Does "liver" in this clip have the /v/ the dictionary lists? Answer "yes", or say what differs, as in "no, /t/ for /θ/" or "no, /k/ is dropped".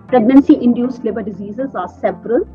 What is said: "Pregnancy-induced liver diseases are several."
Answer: no, /b/ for /v/